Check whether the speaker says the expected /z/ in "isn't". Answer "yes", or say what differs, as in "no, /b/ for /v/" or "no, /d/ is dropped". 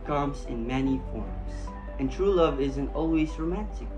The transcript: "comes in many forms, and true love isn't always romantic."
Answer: yes